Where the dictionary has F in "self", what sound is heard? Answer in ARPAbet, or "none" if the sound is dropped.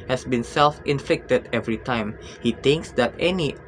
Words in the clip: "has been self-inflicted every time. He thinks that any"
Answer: F